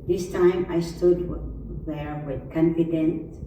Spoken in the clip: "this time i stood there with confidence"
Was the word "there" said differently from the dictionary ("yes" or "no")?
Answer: no